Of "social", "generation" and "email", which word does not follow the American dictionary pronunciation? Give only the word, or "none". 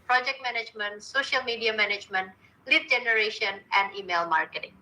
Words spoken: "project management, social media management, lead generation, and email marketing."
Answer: none